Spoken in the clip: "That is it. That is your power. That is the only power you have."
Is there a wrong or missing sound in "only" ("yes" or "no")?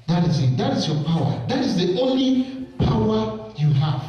no